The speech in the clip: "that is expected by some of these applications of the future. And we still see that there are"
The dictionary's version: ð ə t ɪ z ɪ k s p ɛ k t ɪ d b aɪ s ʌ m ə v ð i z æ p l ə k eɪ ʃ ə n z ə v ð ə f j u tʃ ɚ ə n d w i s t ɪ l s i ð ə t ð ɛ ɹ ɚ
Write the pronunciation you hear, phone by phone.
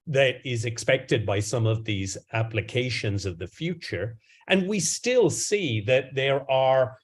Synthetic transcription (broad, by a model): ð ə t ɪ z ɪ k s p ɛ k t ɪ d b aɪ s ʌ m ə v ð i z æ p l ə k eɪ ʃ ə n z ə v ð ə f j u tʃ ɚ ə n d w i s t ɪ l s i ð ə t ð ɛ ɹ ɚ